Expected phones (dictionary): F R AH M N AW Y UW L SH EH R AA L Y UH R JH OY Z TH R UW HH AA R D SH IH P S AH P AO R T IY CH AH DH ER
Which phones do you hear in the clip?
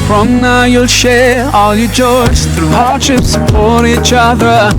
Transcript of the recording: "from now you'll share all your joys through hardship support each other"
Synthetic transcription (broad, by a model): F R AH M N AW Y UW L SH EH R AA L Y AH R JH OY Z TH R UW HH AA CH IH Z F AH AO R IY CH AH DH ER